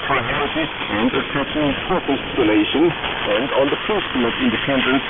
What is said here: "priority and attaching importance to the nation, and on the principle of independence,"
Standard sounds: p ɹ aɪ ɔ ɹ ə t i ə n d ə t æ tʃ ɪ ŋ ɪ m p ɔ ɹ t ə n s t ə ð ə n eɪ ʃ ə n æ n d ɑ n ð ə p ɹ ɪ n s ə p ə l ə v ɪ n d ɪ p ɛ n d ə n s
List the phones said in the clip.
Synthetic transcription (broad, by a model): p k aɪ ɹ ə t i ə n d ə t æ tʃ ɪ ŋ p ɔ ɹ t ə l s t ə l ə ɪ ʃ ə n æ n d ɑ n ð ə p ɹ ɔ s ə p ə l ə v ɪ n d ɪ p ɛ n d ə n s